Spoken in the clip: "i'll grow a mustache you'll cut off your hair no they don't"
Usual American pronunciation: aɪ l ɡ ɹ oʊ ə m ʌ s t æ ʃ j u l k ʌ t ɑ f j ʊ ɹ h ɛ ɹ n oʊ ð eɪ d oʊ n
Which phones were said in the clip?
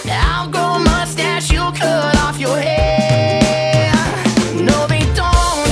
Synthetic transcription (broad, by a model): aɪ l ɡ oʊ ə m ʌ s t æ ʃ j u k ʌ t ɑ f j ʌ ɹ h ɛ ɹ n oʊ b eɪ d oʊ n